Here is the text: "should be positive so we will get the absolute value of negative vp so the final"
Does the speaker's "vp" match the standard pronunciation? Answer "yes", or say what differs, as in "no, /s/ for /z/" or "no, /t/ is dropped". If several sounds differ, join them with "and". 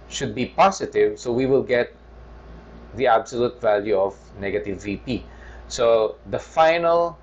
yes